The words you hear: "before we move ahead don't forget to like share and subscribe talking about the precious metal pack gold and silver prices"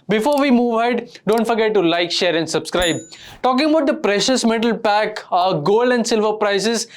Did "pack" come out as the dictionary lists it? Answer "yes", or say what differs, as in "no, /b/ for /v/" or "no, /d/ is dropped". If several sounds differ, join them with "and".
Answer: yes